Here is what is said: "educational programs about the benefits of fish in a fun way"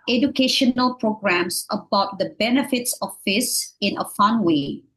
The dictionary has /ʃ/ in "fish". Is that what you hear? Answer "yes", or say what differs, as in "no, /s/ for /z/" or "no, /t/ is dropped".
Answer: no, /s/ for /ʃ/